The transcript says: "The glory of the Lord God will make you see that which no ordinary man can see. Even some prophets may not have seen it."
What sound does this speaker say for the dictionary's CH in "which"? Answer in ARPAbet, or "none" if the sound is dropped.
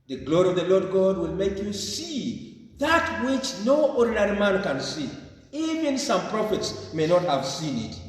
CH